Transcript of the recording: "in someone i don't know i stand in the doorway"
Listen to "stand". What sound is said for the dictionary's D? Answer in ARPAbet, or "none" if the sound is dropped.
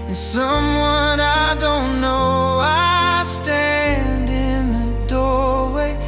D